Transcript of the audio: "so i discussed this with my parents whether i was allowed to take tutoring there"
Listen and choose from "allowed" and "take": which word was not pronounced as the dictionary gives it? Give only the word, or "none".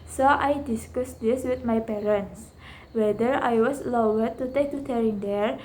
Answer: allowed